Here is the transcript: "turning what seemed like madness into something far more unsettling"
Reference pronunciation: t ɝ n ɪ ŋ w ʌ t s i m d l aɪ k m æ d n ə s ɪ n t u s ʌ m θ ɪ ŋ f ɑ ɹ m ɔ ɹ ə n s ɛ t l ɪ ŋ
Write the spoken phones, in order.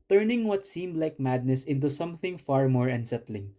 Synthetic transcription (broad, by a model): t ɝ n ɪ ŋ w ʌ t s i m d l aɪ k m æ d n ə s ɪ n t u s ʌ m θ ɪ ŋ f ɑ ɹ m ɔ ɹ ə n s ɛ t l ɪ ŋ